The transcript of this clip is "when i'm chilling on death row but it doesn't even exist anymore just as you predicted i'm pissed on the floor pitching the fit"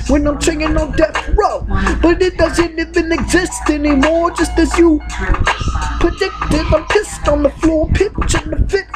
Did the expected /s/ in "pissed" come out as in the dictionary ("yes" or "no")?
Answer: yes